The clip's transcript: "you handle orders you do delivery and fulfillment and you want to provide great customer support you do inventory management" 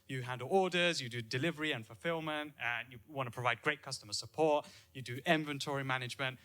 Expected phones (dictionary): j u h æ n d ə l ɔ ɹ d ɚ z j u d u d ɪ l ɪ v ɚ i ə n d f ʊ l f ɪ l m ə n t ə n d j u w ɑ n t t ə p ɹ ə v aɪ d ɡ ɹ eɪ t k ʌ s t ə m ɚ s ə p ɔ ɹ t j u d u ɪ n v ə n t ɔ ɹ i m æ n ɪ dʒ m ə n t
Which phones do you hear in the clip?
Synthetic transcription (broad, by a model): j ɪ h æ n d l ɔ ɹ d ɚ z j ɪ d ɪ d ɪ l ɪ v ɚ i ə n f ʊ l f ɪ l m ə n t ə n j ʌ w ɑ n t t ə p ɹ ə v aɪ d ɡ ɹ eɪ t k ʌ s t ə m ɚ s ə p ɔ ɹ t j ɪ d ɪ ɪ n v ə n t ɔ ɹ i m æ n ɪ dʒ m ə n t